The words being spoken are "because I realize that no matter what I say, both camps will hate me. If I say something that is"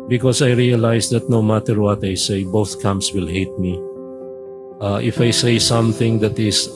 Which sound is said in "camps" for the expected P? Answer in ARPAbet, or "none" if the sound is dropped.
none